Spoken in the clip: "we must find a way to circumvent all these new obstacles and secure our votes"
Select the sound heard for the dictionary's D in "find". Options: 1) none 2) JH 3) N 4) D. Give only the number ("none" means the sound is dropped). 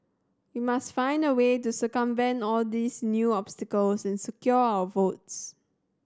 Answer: 4